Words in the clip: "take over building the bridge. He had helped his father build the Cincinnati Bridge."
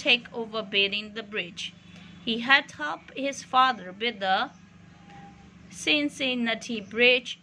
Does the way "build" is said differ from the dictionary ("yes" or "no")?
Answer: yes